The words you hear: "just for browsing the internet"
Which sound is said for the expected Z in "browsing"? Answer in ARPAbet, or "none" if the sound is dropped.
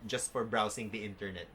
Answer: S